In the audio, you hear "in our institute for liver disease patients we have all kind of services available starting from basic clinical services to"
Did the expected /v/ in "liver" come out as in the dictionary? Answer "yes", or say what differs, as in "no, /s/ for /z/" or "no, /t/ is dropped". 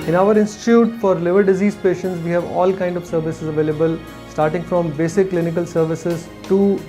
yes